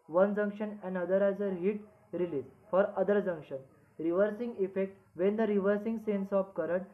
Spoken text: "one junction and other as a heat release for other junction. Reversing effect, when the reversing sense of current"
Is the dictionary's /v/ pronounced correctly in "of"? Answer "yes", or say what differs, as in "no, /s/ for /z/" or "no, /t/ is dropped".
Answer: no, /p/ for /v/